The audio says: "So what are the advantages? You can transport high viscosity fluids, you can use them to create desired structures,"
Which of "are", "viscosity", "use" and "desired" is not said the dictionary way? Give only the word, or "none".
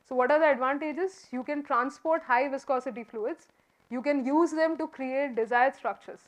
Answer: none